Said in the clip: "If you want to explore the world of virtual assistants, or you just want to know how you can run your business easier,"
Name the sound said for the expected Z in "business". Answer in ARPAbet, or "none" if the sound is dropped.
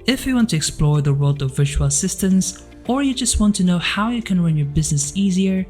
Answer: Z